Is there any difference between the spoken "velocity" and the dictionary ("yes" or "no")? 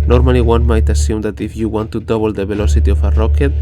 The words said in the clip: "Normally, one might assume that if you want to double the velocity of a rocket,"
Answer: yes